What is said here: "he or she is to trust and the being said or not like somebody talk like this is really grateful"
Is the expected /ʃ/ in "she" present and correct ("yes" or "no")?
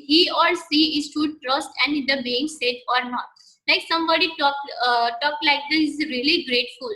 no